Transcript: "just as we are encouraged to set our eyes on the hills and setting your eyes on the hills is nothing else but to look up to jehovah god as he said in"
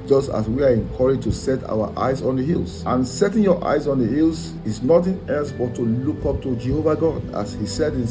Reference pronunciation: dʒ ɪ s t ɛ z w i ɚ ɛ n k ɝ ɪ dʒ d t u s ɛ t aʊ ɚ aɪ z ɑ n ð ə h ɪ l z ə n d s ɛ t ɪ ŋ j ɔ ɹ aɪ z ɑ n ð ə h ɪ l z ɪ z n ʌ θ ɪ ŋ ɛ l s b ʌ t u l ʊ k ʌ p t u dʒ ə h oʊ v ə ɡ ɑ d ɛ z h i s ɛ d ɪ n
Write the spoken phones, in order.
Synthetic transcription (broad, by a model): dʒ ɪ s t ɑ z w i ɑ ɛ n k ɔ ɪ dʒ t u s ɛ t aʊ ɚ aɪ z ɑ n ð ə h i l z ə n s ɛ t ɪ ŋ j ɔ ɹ aɪ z ɑ n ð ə h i l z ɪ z n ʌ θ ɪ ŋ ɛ n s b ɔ t u l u k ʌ p t u dʒ ə h oʊ v ə ɡ ɑ d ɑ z h i s ɛ d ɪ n